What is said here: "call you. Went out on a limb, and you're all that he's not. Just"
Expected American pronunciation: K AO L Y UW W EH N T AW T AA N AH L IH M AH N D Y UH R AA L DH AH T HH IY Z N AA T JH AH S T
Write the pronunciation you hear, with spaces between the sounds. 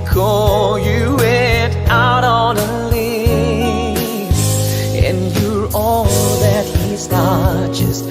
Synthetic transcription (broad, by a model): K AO Y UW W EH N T AW T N AH L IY AH N Y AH R AA L DH AH T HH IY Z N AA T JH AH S T